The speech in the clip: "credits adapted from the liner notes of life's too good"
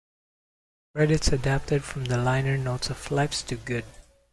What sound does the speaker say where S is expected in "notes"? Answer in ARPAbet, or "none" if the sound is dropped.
S